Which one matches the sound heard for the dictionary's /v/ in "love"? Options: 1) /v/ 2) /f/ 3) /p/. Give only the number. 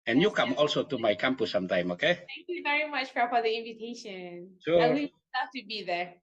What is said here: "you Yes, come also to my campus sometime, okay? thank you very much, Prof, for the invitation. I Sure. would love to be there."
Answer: 2